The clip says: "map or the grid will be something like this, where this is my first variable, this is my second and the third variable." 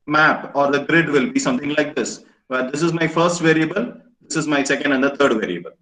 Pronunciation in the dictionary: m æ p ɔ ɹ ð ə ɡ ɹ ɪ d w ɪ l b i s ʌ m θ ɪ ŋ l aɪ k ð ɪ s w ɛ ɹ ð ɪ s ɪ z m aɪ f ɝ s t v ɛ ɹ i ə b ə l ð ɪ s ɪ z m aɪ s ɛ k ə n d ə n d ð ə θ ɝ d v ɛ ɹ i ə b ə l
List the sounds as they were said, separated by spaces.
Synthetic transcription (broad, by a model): m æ p ɔ ɹ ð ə ɡ ɹ ɪ d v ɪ l b i s ʌ m t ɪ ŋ l aɪ k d ɪ s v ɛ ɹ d ɪ s ɪ z m aɪ f ɝ s t v ɛ ɹ i ə b ə l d ɪ s ɪ z m aɪ s ɛ k ə n d ə n d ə t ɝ d v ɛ ɹ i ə b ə l